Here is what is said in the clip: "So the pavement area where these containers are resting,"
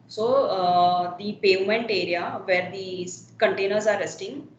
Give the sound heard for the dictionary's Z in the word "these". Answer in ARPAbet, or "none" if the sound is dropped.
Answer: none